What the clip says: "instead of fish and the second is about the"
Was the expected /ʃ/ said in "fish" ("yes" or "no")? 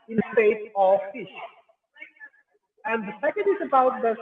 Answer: yes